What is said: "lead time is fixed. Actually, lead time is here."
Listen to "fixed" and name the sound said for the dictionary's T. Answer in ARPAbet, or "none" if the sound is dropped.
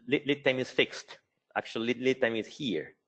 T